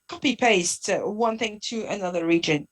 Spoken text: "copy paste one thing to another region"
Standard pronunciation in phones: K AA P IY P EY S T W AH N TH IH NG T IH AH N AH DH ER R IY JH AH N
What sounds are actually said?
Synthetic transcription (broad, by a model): K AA P IY P EY S T W AH N TH IH NG T IH AH N AH DH ER R IY JH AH N